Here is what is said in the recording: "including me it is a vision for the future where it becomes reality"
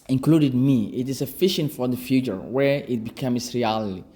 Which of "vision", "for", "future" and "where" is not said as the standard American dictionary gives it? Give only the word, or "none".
vision